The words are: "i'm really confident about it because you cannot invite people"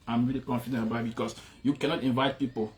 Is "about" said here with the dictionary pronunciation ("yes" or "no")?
no